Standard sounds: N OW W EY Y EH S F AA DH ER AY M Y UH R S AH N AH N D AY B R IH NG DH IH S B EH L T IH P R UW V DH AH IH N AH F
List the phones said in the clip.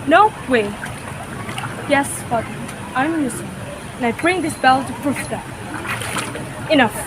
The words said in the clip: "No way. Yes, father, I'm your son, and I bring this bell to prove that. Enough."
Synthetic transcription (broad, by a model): N OW W EY Y EH S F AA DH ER AY M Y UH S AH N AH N AY B R IH NG DH IH S B EH L T IH F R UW F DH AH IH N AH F